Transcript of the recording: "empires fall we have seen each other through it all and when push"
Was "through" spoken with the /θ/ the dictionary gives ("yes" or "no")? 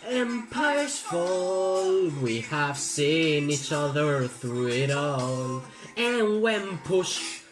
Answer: yes